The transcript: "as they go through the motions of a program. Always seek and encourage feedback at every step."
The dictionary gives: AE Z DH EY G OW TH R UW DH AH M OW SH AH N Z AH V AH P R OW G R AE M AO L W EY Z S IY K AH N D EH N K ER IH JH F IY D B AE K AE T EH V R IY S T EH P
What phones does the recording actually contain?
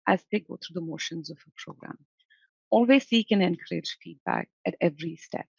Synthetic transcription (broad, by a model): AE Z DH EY G OW T R UW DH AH M OW SH AH N Z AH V AH P R OW G R AE M AO L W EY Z S IY K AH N EH N K ER IH JH F IY D B AE K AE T EH V R IY S T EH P